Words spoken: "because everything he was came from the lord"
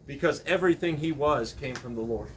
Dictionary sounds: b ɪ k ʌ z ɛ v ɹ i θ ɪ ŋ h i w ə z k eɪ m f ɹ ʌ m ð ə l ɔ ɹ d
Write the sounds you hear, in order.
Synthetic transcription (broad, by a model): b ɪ k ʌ z ɛ v ɹ i θ ɪ ŋ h i w ə z k eɪ m f ɹ ʌ m ð ə l ɔ ɹ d